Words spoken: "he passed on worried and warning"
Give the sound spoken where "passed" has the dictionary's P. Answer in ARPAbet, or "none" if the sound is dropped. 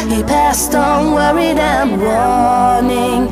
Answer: P